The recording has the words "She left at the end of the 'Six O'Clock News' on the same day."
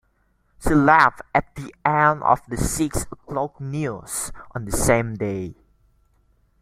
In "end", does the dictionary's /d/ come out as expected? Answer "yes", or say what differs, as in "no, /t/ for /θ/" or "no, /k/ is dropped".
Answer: no, /d/ is dropped